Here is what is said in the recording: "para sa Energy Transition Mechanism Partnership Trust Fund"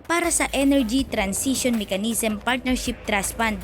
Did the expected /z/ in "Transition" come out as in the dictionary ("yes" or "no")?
no